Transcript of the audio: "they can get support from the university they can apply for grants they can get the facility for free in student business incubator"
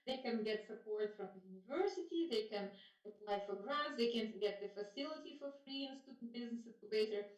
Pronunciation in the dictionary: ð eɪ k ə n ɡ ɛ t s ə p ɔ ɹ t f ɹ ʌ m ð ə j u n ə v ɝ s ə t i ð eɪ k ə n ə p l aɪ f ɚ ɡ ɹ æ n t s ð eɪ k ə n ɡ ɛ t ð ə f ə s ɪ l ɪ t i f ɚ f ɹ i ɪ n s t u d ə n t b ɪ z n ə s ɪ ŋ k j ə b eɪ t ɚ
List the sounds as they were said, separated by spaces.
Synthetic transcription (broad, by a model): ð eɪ k ə n ɡ ɛ t s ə p ɔ ɹ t f ɹ ʌ m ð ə j u n ə v ɝ s ə t i ð eɪ k ə n ə p l aɪ f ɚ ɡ ɹ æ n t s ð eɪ k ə n ɡ ɛ t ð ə f ə s ɪ l ɪ t i f ɚ f ɹ i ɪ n s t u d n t b ɪ z n ə s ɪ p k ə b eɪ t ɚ